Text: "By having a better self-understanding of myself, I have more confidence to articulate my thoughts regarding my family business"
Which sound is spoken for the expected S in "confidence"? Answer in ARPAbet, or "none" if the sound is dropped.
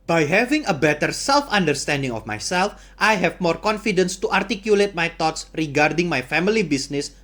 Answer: S